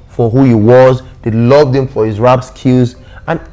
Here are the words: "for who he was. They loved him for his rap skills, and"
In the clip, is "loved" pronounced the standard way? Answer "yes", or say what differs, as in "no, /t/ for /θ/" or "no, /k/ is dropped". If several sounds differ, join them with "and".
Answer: yes